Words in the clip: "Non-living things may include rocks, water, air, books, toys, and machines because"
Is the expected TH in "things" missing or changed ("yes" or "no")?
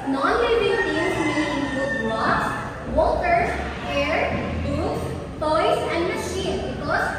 yes